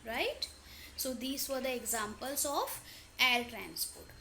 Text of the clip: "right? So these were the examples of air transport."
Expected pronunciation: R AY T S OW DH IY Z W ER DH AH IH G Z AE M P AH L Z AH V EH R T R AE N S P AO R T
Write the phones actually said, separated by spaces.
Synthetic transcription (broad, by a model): R AY T S OW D IY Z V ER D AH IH G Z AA M P AH L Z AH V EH L T R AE N S P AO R T